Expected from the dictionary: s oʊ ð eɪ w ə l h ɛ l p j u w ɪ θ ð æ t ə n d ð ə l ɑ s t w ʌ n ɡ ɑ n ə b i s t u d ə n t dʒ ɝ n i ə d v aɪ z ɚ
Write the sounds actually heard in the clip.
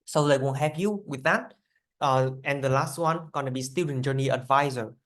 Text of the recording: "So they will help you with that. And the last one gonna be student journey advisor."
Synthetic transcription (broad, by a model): s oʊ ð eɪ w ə n h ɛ p j u w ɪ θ ð æ t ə n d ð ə l ɑ s t w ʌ n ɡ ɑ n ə b i s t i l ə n dʒ ɝ n i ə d v aɪ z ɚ